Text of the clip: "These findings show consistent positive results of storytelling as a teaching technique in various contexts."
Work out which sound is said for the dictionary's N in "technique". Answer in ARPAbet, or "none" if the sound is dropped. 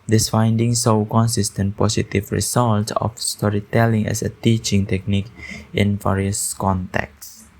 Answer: N